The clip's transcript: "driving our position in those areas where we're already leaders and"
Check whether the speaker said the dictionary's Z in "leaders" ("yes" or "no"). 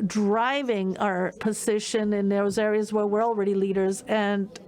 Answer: yes